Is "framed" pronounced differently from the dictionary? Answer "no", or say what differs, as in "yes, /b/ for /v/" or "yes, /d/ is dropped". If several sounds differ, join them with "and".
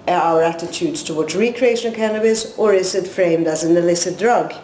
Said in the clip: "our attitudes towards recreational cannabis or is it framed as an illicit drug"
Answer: no